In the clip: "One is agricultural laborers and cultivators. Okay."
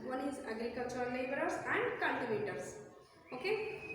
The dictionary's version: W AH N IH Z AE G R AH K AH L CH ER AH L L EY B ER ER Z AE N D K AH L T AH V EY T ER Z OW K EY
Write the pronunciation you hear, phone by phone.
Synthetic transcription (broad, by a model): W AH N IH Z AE G R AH K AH L CH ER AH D L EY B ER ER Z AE N D K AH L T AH B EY T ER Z OW K EY